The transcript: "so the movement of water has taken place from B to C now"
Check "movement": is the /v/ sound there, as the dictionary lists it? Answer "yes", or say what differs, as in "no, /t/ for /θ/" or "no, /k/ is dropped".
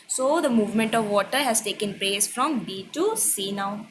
yes